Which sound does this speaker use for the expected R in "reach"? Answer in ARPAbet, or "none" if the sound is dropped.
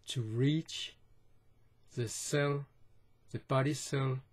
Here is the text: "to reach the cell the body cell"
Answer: R